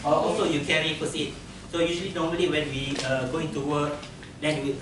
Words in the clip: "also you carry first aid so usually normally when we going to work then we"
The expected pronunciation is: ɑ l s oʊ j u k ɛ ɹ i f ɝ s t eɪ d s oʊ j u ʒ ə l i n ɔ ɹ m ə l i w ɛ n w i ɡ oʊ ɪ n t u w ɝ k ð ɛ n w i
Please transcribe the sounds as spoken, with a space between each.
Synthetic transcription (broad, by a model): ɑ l s oʊ j u k ɛ ɹ i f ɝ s i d s oʊ j u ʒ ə l i n ɔ m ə l i w ɛ n w i ɡ oʊ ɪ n t u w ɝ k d ɛ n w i